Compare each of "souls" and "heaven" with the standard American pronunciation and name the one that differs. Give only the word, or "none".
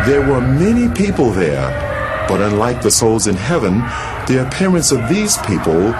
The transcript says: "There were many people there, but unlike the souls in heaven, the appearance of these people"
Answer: none